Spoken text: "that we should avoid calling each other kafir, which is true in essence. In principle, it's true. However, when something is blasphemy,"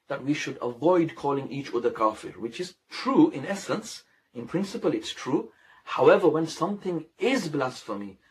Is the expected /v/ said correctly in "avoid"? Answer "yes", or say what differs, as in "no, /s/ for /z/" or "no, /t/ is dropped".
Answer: yes